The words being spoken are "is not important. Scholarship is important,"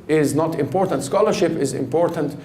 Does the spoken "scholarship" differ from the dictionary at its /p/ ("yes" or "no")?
no